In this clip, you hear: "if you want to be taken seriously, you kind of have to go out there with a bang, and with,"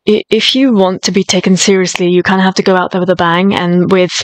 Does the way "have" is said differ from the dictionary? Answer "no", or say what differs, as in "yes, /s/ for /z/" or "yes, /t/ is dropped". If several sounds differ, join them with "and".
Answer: yes, /f/ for /v/